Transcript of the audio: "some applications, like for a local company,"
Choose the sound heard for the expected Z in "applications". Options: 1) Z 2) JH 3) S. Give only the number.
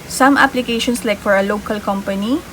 3